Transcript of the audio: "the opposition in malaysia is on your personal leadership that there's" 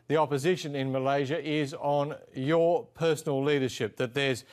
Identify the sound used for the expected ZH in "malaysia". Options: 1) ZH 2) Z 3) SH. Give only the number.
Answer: 1